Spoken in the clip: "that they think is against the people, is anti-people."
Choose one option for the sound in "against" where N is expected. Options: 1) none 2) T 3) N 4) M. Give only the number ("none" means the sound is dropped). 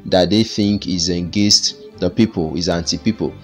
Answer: 1